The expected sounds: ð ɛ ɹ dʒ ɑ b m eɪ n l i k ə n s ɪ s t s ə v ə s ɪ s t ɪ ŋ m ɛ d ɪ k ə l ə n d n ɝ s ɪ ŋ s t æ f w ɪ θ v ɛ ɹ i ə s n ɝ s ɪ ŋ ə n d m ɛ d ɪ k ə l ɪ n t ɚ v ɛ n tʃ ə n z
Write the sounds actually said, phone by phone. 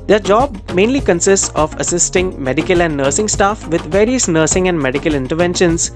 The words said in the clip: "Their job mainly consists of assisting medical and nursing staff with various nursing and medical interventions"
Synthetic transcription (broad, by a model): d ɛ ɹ dʒ ɑ b m eɪ n l i k ə n s ɪ s t s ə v ə s ɪ s t ɪ ŋ m ɛ d ɪ k ə l ə n d n ɝ s ɪ ŋ s t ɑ f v ɪ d v ɛ ɹ i ə s n ɝ s ɪ ŋ ə n d m ɛ d ɪ k ə l ɪ n t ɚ v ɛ n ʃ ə n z